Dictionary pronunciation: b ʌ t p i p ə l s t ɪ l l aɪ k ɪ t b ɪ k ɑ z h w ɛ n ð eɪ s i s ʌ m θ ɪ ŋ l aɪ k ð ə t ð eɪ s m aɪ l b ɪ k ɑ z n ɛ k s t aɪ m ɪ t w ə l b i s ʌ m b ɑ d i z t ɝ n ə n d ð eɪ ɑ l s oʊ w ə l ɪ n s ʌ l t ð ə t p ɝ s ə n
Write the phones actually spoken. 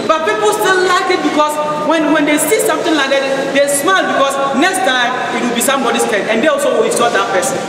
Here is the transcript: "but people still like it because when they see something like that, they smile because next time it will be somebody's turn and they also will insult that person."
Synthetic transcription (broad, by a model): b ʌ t p i p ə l s t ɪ l l aɪ k ɪ t b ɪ k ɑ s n w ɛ n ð eɪ s i s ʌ m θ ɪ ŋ l aɪ k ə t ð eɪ s m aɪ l b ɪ k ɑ s n ɛ k s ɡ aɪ ɪ t w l b i s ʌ m b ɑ d i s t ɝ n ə n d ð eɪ ɑ l s oʊ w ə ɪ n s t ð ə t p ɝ s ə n